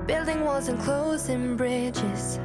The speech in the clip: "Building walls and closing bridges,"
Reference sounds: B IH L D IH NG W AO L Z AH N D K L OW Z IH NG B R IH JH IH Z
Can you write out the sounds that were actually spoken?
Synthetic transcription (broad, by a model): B IH L D IH NG W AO Z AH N K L OW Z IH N B R IH JH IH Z